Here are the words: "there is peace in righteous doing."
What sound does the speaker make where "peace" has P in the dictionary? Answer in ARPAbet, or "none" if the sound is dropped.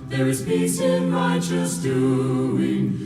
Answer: B